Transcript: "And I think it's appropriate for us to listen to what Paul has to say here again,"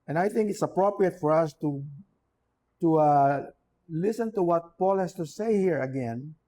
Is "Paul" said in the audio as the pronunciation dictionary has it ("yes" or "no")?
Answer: yes